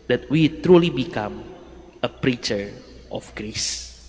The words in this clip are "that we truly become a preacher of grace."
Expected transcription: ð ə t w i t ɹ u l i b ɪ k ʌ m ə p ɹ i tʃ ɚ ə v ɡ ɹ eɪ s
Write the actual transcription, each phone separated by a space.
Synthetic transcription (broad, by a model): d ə t w i t ɹ u l i b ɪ k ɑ m ə p ɹ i tʃ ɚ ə f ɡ ɹ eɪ s